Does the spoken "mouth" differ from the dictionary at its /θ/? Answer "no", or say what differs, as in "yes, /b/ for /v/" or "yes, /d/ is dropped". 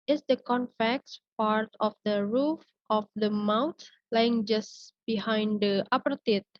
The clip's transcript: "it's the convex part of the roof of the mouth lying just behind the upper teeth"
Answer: yes, /t/ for /θ/